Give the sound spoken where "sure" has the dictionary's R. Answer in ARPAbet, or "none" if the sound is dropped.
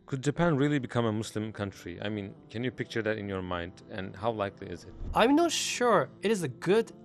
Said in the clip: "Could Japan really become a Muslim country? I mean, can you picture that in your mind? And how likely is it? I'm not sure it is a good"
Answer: R